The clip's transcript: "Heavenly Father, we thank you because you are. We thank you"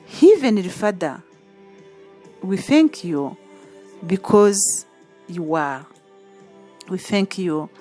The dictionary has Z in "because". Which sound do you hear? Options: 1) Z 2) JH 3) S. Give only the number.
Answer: 1